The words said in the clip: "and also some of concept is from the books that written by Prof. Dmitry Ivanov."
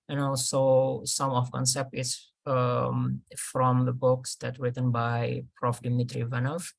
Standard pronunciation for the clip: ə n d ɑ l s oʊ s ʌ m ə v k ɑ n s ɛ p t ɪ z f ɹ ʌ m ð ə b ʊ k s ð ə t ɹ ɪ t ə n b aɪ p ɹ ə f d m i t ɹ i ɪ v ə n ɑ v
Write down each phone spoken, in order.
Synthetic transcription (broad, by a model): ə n ɑ l s oʊ s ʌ m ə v k ɑ n s ɛ p t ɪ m f ɹ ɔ m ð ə b ʊ k s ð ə t ɹ ɪ t ə n b aɪ p ɹ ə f d m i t ɹ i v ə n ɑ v